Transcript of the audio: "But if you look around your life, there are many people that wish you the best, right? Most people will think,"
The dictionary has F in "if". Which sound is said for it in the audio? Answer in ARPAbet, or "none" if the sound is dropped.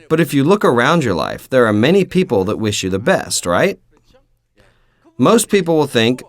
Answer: F